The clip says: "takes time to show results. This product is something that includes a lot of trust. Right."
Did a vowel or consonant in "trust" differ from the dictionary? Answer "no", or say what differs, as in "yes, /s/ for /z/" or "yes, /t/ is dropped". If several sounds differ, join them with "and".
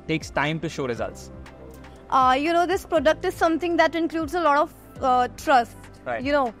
no